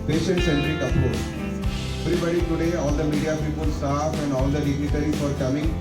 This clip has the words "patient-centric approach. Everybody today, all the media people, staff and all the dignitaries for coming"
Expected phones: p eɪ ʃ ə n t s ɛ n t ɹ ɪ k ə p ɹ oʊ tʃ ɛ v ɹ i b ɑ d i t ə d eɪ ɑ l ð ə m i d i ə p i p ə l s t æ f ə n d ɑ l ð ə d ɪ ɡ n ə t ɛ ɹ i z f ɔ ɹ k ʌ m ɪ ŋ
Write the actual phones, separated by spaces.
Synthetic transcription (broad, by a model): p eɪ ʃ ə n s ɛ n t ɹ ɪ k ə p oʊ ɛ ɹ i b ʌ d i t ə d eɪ ɑ l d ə m i d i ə p i p ə l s t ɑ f ə n d ɑ l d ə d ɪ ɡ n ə t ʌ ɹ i f ɔ ɹ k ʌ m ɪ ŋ